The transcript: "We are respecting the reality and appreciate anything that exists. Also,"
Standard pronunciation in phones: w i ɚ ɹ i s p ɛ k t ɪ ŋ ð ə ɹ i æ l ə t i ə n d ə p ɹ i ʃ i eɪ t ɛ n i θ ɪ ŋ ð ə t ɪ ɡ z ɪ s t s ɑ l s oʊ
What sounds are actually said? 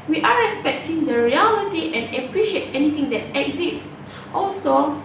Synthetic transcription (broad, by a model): w i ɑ ɹ i s p ɛ k t ɪ ŋ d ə ɹ i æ l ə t i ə n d ə p ɹ i ʃ i eɪ t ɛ n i t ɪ ŋ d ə t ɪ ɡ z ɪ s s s ɑ l s oʊ